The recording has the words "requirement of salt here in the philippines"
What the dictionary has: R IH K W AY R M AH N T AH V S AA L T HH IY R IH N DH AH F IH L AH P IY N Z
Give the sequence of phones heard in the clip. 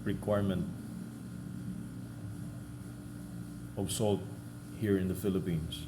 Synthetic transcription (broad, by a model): R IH K W AY R M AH N T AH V S AA L T HH IY R IH N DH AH F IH L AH P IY N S